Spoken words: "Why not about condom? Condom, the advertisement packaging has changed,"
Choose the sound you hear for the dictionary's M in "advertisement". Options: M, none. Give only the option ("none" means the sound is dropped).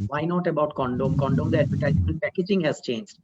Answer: none